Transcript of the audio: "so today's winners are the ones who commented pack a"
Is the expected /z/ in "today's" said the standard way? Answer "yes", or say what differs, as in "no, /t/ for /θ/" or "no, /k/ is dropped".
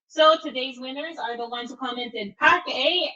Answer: yes